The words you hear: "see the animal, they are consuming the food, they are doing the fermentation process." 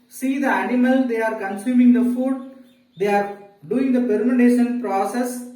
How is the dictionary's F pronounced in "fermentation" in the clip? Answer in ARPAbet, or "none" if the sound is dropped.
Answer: P